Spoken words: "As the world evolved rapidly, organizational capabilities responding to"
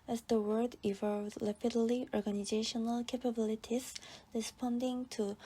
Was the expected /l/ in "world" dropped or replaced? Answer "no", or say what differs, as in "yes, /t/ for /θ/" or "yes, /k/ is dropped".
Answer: yes, /l/ is dropped